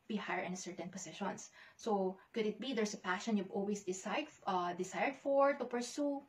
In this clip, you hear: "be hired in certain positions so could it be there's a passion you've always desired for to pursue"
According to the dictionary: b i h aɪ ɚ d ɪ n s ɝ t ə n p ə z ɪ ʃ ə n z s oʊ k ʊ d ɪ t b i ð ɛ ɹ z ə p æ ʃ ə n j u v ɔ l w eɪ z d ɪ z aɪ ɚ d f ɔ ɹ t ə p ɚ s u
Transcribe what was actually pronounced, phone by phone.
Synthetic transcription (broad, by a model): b i h aɪ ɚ ɪ n s ɝ t ə n p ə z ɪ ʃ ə n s s oʊ k ʊ d ɪ t b i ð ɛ ɹ s ə p æ ʃ ə n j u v ɔ l w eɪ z d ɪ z aɪ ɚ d f ɔ ɹ t ə p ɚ s u